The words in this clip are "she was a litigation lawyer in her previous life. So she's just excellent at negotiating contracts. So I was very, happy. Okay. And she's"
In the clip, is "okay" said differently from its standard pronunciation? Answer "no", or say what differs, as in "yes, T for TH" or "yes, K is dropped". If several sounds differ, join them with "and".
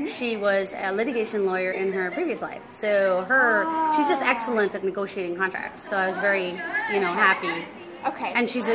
no